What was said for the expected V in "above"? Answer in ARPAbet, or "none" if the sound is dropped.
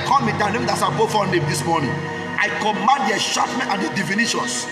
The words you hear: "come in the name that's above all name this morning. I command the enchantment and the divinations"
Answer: F